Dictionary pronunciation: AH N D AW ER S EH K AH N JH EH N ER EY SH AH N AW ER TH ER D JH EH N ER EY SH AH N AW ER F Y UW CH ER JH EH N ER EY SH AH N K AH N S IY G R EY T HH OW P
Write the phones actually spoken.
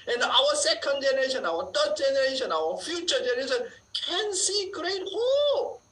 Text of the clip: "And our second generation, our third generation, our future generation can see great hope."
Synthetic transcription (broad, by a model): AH N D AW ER S EH K AH N JH EH N ER EY SH AH N AW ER T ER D JH EH N ER EY SH AH N AW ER F Y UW CH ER JH EH N ER EY SH AH N K AH N S IY G R EY T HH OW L